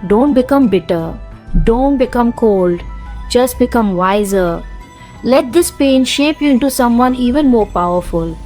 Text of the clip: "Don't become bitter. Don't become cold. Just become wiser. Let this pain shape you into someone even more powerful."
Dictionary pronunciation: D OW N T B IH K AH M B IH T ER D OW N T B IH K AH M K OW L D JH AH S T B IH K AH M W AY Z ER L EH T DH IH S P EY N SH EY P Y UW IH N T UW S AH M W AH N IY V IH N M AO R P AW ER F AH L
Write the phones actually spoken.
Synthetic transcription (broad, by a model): D OW N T B IH K AH M B IH T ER D OW N T B IH K AH M K OW L D JH AH S T B IH K AH M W AY Z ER L EH T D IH S P EY N SH EY P Y UW IH N T UW S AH M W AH N IY V IH N M AO R P AW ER F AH L